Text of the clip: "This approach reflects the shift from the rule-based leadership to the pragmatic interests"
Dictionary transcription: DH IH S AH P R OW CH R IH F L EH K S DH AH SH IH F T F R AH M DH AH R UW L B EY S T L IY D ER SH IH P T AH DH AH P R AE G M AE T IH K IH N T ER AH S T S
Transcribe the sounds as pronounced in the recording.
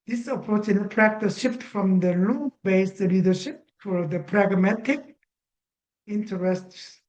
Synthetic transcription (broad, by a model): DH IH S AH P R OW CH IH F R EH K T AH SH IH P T F R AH M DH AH L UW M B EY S L IY D ER SH IH P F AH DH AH P R AE G M AE T IH K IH N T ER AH S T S